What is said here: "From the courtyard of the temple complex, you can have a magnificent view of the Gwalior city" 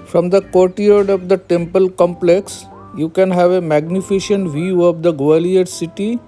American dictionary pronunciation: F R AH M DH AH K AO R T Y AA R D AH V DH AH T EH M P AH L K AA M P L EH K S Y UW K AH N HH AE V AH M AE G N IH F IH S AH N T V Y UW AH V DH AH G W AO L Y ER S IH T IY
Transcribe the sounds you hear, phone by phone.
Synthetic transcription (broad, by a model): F R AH M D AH K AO R T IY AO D AH V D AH T EH M P AH L K AA M P L EH K S Y UW K AH N HH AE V AH M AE G N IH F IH SH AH N T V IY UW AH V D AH G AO L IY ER S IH T IY